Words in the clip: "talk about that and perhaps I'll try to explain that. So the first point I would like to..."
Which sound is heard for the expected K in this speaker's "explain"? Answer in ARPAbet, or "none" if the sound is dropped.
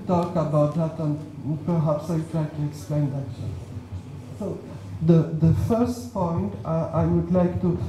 K